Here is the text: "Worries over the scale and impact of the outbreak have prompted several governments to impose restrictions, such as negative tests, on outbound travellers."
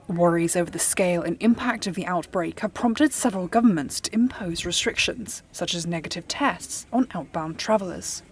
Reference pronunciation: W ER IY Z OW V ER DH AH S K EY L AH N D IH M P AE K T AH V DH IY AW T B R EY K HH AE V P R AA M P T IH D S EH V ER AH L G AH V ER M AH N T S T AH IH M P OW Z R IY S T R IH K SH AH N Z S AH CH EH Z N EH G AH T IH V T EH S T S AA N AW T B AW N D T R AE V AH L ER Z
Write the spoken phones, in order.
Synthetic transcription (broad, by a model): W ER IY Z OW V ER DH AH S K EY L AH N IH M P AE K T AH V DH IY AW T B R EY K HH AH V P R AA M P T IH D S EH V ER AH L G AH V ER M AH N T S T AH IH M P OW Z R IY S T R IH K SH AH N Z S AH CH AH Z N EH G AH T IH V T EH S T S N AW T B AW N T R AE V AH L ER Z